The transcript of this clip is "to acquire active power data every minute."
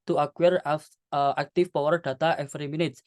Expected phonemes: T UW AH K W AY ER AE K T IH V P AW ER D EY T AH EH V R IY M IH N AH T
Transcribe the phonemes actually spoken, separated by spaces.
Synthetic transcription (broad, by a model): T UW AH K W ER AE K T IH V P AW ER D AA T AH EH F R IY M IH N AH T